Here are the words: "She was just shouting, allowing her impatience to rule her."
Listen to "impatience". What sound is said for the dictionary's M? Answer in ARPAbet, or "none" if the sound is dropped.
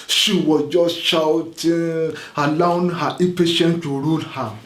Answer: none